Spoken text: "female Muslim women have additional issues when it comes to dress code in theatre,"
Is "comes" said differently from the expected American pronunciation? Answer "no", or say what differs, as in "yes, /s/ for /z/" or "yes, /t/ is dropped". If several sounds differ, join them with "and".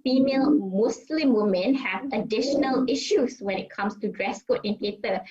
yes, /s/ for /z/